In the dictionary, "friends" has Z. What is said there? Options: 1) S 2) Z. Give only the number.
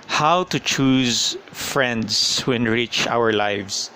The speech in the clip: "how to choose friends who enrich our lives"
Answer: 1